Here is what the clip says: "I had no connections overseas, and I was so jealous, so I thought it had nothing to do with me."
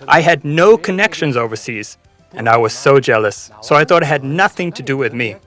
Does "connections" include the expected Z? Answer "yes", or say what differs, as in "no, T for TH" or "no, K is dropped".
yes